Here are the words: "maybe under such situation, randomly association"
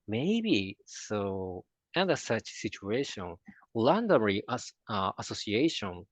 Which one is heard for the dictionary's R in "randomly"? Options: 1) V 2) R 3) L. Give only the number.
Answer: 3